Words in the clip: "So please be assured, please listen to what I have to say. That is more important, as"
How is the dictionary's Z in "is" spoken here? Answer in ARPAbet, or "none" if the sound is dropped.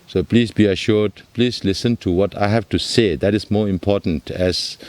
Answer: S